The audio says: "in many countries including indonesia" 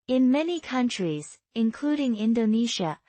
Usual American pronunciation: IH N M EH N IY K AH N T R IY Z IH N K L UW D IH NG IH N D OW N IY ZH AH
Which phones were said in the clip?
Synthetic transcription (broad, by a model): IH N M EH N IY K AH N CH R IY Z IH N K L UW D IH NG IH N D OW N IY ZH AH